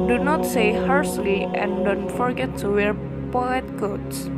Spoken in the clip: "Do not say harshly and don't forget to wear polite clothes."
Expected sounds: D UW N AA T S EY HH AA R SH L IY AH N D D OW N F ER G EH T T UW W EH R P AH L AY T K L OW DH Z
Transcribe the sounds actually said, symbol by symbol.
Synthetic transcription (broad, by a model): D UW N AA T S EY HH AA R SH L IY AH N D D OW N F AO G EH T T UW W EH R P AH EH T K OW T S